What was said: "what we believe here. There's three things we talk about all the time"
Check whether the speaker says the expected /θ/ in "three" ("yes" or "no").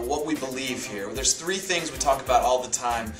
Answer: yes